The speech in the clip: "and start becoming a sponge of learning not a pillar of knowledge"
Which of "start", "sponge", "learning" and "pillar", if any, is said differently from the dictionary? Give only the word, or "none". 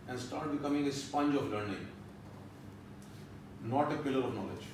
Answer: none